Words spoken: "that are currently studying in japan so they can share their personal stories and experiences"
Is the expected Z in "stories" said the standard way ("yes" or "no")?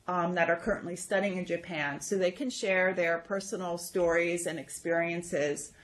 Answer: yes